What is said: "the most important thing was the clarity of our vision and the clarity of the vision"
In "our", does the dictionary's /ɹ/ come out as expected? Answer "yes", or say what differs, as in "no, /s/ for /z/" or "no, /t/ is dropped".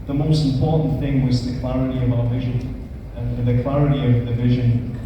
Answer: no, /l/ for /ɹ/